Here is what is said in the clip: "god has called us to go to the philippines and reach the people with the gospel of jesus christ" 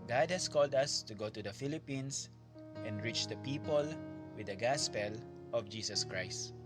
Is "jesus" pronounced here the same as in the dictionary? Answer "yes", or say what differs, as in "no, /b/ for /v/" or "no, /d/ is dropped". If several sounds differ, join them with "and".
no, /s/ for /z/